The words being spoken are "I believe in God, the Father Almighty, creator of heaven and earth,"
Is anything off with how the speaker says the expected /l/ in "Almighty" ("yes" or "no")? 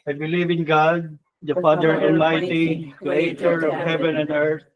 yes